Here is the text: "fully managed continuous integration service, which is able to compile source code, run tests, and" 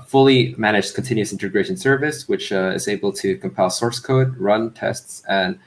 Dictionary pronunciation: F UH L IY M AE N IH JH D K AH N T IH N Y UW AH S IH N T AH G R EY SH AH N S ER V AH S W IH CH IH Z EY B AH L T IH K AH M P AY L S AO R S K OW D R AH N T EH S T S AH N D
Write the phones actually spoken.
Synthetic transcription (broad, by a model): F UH L IY M AE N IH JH K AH N T IH N Y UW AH S IH N T AH G R EY SH AH N S ER V AH S W IH CH IH Z EY B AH L T IH K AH M P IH L S AO R S K OW D R AH N T EH S T S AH N